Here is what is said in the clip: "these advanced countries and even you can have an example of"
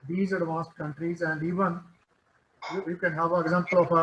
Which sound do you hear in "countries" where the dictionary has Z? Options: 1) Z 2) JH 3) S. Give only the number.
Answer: 1